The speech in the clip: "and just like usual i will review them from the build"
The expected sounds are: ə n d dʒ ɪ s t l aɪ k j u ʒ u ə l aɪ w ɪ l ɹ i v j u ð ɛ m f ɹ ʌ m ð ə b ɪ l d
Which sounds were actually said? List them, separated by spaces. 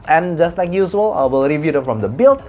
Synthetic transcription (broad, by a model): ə n dʒ ɪ s t l aɪ k j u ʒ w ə l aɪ w ɪ l ɹ i v j u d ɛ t f ɹ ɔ m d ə b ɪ l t